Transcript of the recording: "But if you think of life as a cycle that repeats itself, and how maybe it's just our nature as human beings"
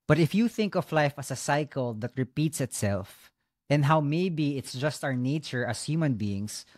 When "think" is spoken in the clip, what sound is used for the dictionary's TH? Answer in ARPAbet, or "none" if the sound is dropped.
TH